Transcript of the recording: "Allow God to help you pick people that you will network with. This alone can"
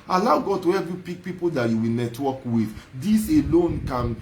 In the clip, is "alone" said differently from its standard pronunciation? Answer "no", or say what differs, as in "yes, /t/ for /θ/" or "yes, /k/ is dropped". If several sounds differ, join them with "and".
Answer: no